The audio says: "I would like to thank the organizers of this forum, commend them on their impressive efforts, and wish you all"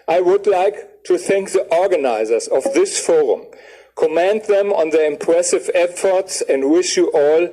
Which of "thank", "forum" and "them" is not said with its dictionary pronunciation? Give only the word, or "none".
none